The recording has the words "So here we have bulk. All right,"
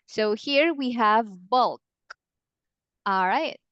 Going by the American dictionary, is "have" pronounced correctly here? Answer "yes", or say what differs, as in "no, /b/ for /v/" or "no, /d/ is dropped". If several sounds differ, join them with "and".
yes